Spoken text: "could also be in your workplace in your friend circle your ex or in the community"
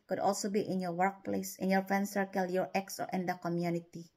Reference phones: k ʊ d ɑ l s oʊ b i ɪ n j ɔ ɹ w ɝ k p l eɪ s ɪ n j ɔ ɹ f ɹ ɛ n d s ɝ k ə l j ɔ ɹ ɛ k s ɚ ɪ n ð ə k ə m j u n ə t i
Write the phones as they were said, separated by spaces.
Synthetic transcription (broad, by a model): k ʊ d ɑ l s oʊ b i ɪ n j ɔ ɹ w ɝ k p l eɪ s ɪ n j ɔ ɹ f ɛ n s ɝ k ə l j ɔ ɹ ɛ k s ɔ ɪ n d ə k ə m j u n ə t i